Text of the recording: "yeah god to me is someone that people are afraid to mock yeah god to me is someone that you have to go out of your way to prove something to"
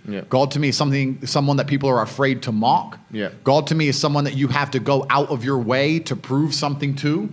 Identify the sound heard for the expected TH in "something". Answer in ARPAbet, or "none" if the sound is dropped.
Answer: TH